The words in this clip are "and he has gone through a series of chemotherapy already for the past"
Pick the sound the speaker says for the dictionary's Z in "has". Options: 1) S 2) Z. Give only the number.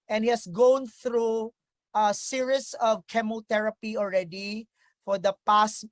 1